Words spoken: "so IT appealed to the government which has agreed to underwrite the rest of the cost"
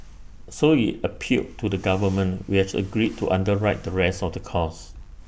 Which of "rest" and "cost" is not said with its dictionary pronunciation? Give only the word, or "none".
cost